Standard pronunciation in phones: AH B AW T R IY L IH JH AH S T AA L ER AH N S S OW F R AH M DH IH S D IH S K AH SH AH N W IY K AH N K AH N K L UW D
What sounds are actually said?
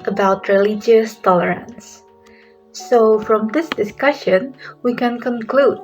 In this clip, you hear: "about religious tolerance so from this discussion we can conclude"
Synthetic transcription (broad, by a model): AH B AW T R IY L IH JH AH S T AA L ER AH N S S OW F R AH M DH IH S D IH S K AH SH AH N W IY K AH N K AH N K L UW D